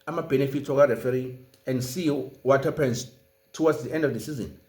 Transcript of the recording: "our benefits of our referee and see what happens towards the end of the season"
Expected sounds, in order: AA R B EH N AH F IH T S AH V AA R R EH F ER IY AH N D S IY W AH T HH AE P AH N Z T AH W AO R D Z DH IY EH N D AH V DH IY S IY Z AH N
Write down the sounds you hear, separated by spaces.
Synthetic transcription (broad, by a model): AA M B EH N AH F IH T AH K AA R R EH F ER IY AH N D S IY W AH T HH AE P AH N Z T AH W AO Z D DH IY EH N D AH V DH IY S IY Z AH N